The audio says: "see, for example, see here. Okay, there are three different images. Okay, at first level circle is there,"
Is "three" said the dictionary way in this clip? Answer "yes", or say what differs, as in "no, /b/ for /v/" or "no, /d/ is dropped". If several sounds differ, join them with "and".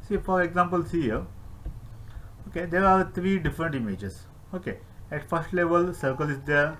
no, /t/ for /θ/